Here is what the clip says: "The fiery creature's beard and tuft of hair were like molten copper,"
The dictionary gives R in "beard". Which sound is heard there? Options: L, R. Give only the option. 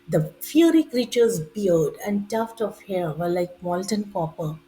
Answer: L